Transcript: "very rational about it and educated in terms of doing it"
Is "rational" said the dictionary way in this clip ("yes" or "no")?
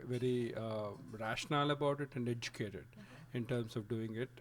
yes